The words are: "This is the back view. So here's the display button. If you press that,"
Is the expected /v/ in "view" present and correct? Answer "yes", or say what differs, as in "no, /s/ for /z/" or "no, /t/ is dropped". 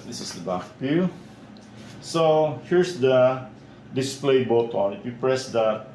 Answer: no, /p/ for /v/